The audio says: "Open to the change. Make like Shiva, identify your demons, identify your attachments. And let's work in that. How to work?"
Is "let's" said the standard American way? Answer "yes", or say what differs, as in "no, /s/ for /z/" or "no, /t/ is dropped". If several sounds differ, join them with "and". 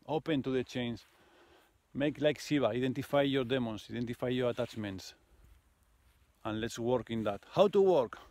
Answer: yes